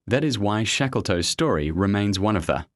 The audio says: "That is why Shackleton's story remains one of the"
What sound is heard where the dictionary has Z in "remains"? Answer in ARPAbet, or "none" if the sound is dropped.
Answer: Z